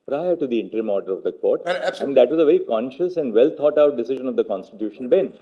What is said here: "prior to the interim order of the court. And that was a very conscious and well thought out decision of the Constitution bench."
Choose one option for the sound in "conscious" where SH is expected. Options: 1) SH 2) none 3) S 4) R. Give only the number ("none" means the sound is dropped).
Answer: 1